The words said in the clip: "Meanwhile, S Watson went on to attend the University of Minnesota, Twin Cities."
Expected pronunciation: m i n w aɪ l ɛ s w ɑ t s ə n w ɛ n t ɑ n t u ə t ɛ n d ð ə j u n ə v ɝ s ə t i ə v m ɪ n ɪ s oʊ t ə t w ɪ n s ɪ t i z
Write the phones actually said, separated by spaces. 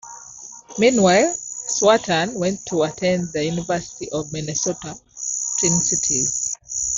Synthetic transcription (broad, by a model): m i n w aɪ l s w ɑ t ə n w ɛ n n t u ə t ɛ n d ð ə j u n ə v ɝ s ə t i ə v m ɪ n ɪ s oʊ t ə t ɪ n s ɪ t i